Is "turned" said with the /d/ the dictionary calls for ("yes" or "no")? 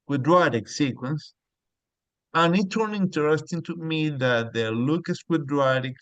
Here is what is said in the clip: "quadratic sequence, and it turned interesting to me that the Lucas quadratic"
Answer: no